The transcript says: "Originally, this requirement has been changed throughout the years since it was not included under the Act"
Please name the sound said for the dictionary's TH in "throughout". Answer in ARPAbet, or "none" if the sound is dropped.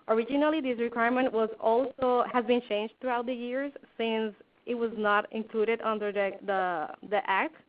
T